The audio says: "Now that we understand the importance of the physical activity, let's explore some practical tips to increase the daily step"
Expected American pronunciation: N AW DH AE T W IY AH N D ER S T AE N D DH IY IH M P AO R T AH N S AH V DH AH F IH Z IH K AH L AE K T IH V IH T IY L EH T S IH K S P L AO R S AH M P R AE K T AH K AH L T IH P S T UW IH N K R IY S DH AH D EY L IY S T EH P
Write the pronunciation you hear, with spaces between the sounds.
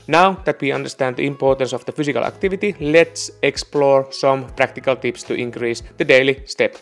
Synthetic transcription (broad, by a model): N AW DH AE T W IY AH N D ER S T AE N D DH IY IH M P AO R T AH N S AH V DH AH F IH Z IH K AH L AE K T IH V IH T IY L EH T S IH K S P L AO R S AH M P R AE K T AH K AH L T IH P S T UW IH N K R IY S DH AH D EY L IY S T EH P